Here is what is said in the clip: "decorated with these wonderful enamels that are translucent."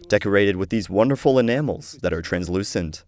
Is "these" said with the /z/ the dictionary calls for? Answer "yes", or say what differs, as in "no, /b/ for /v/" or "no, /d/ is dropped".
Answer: yes